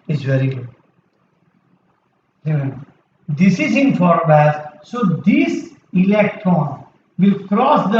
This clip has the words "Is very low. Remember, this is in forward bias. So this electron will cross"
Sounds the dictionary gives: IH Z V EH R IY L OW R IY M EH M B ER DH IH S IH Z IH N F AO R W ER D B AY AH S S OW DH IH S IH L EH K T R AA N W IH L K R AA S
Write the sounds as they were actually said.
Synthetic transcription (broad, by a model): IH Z V EH R IY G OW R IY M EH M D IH S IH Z IH N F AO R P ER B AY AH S S OW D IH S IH L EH K T AA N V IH L K R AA S